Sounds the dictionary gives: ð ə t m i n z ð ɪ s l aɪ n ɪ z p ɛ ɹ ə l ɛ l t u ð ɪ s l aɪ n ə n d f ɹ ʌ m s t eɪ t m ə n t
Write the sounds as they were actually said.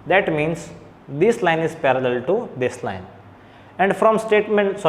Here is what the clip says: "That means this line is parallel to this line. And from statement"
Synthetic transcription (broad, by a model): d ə t m i n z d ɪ s l aɪ n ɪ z p ɛ ɹ ə l ɛ l t u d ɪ s l aɪ n ə n d f ɹ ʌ m s t eɪ t m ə n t